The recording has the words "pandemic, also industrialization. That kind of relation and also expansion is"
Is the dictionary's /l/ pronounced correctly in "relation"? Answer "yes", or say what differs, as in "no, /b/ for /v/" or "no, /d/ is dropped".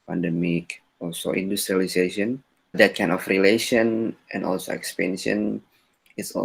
yes